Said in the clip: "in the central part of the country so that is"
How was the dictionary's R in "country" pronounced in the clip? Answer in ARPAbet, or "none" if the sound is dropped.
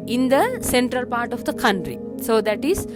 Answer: R